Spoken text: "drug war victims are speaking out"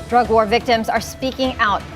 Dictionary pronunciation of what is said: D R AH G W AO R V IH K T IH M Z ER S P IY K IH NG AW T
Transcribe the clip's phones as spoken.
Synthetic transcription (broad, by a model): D R AH G W AO R V IH K T IH M Z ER S P IY K IH NG AW T